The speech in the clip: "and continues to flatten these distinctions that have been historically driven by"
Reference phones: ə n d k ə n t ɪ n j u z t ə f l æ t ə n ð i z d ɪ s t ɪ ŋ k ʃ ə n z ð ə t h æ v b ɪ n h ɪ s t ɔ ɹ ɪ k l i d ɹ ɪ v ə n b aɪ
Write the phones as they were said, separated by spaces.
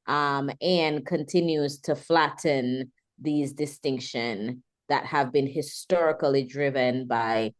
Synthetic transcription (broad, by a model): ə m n k ə n t ɪ n j u z t ə f l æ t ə n ð i z d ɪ s t ɪ ŋ k ʃ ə n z ð ə t h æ v b ɪ n h ɪ s t ɔ ɹ ɪ k l i d ɹ ɪ v ə n b aɪ